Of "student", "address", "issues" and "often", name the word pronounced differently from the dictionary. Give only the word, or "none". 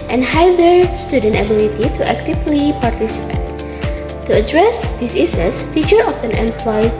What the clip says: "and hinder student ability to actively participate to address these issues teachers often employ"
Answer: issues